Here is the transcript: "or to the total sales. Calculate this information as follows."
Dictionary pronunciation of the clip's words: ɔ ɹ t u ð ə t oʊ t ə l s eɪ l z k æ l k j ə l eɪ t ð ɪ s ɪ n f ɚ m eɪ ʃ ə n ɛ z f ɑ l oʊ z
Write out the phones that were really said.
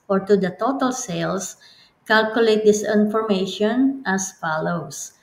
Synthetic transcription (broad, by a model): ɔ ɹ t u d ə t oʊ t ə l s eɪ l s k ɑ l k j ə l eɪ t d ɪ s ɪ n f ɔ m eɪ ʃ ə n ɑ s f ɑ l oʊ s